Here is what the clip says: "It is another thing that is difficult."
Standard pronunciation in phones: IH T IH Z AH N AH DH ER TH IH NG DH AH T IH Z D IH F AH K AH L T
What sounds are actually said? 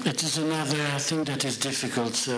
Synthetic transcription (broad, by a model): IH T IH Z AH N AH DH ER TH IH NG DH AH T IH Z D IH F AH K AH L T